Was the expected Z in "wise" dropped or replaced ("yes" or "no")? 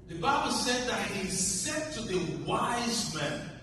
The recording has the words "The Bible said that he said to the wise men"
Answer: no